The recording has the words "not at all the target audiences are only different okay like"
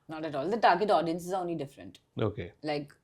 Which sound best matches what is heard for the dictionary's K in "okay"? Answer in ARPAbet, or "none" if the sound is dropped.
K